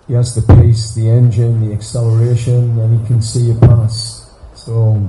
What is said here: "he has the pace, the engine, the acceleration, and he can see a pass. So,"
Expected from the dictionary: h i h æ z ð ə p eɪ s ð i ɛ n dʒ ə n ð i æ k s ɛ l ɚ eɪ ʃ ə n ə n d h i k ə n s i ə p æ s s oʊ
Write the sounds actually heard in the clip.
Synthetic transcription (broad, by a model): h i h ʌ z ð ə p eɪ s ð i ɛ n dʒ ə n ð i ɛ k s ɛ l ɚ eɪ ʃ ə n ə n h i k ə n s i ə p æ s s oʊ